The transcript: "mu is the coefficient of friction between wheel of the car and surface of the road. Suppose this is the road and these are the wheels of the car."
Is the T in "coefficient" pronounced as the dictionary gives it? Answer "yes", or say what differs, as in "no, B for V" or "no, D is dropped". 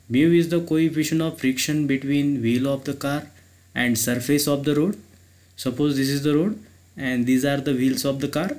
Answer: no, T is dropped